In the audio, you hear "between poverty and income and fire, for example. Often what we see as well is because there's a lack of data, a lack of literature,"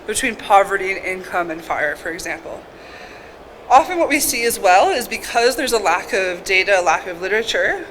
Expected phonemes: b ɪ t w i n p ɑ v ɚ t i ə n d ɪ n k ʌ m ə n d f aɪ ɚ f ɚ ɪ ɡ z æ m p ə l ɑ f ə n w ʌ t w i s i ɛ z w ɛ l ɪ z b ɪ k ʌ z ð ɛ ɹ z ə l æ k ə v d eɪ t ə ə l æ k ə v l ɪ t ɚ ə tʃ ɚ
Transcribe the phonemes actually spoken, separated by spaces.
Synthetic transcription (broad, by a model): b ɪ t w i n p ɑ v ɚ t i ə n ɪ n k ʌ m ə n f aɪ ɚ f ɚ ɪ ɡ z æ m p l ɑ f ə n w ʌ t w i s i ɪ z w ɛ l ɪ z b ɪ k ʌ z ð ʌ ɹ z ə l æ k ə v d eɪ t ə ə l æ k ə v l ɪ t ɚ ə tʃ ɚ